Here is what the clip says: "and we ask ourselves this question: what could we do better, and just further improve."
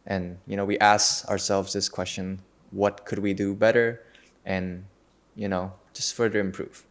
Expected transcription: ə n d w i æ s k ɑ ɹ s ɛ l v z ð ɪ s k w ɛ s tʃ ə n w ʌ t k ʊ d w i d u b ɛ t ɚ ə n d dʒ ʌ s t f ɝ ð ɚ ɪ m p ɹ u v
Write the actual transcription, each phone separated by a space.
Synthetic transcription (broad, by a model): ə n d w i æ s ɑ ɑ ɹ s ɛ l v z ð ɪ s k w ɛ s tʃ ə n w ʌ t k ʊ d w i d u b ɛ t ɚ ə n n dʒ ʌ s t f ɝ ð ɚ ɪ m p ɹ u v